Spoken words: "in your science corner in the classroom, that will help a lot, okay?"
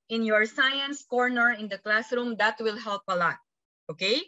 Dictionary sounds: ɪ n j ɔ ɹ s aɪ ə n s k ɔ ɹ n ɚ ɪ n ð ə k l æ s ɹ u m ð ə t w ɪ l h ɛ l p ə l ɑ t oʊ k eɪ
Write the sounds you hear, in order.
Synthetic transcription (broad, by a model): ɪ n j ɔ ɹ s aɪ ə n s k ɔ ɹ n ɚ ɪ n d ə k l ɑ s ɹ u m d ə t w ɪ l h ɛ l p ə l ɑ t oʊ k eɪ